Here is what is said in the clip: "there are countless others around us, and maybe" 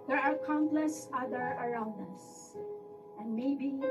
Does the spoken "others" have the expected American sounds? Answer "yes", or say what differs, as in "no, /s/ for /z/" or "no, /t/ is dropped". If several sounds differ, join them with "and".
no, /z/ is dropped